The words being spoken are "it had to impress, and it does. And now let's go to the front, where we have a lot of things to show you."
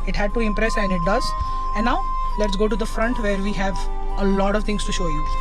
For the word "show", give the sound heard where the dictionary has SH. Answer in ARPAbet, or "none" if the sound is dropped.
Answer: SH